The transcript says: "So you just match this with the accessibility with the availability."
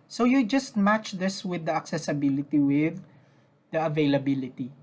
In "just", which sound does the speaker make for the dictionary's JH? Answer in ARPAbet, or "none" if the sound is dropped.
JH